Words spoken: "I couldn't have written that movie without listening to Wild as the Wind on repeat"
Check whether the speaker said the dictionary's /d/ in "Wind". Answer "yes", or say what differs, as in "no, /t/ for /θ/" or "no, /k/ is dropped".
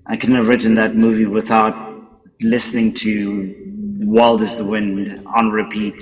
yes